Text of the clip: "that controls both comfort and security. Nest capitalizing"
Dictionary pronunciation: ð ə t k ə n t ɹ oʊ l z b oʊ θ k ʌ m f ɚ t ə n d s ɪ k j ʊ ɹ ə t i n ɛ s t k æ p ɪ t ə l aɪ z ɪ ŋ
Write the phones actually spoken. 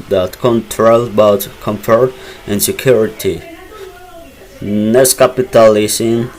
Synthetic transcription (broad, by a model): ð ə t k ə n t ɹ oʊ l b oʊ t k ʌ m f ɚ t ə n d s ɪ k j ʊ ɹ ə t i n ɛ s k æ p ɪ t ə l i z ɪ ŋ